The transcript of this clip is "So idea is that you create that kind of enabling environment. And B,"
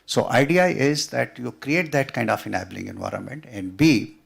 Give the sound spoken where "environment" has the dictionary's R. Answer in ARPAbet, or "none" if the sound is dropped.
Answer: R